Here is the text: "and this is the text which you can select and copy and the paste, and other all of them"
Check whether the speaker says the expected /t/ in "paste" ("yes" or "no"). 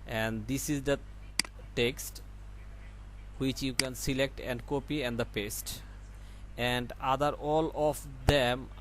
yes